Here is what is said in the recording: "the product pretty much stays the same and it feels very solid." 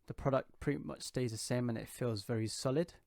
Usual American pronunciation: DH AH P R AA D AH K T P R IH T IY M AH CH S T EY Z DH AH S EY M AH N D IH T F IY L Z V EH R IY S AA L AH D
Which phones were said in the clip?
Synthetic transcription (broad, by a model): DH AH P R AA D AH K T P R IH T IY M AH CH S T EY Z DH AH S EY M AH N IH T F IY L Z V EH R IY S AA L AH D